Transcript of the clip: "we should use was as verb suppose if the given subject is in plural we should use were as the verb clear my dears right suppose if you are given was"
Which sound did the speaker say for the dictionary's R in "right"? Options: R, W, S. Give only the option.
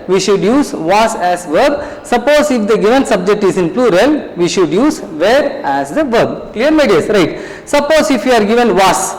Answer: R